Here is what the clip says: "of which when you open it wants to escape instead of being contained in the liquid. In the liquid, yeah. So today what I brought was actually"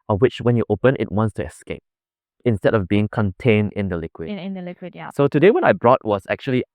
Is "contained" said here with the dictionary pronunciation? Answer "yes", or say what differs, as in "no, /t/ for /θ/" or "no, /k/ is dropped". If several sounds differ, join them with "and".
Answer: yes